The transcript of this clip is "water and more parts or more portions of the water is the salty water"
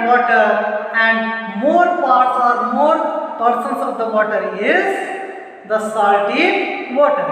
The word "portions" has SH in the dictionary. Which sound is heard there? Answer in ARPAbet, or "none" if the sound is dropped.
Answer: S